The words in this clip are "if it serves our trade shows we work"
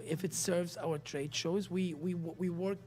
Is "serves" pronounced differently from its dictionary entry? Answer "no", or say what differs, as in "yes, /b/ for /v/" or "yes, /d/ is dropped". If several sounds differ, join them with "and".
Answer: no